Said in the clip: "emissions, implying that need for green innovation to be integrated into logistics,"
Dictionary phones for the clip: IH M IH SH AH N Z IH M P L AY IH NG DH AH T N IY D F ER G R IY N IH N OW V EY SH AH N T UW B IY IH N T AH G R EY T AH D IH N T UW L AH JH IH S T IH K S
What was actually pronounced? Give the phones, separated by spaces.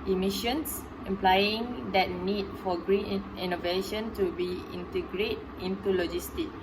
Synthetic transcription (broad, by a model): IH M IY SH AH N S IH M P L AY IH NG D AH T N IY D F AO G R IY N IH N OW V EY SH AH N T UW B IY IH N T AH G R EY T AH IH N T UW L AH JH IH S T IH K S